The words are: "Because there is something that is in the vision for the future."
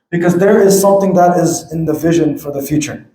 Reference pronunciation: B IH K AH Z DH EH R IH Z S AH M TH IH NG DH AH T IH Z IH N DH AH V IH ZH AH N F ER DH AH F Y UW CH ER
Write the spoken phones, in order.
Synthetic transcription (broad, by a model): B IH K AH Z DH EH R IH Z S AH M TH IH NG DH AH T IH Z IH N DH AH V IH ZH AH N F ER DH AH F Y UW CH ER